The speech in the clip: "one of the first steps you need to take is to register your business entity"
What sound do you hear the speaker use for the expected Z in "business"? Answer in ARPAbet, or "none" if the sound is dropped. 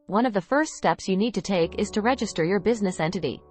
Z